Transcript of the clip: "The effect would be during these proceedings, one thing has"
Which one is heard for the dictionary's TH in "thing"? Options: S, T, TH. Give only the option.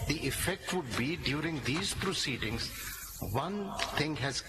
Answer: T